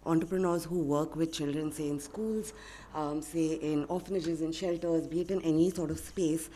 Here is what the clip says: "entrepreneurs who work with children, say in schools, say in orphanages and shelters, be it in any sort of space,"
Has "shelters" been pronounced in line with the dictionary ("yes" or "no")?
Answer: yes